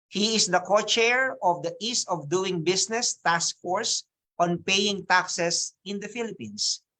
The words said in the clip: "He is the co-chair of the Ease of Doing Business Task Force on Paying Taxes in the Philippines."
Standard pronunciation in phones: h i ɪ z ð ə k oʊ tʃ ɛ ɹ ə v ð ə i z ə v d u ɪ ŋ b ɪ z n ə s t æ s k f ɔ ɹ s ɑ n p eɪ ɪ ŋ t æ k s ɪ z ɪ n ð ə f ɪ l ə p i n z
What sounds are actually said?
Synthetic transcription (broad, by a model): h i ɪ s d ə k oʊ tʃ ɛ ɹ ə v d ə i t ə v d u ɪ ŋ b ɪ s n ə s t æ s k f ɔ ɹ s ɑ n p eɪ ɪ ŋ t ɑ k s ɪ s ɪ n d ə f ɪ l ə p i n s